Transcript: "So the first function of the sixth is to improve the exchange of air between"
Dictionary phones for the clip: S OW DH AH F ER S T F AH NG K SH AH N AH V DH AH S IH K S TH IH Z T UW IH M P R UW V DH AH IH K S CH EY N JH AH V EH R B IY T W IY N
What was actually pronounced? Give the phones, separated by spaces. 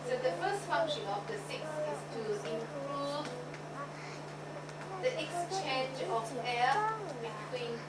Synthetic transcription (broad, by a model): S OW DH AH F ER S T F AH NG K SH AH N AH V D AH S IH K S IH S T UW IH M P R UW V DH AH IH K S CH EY N JH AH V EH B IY T W IY N